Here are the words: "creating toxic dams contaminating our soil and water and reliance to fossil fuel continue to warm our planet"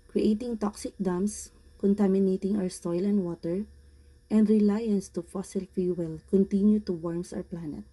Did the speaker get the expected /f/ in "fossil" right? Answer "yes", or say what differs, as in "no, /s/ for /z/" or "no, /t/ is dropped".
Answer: yes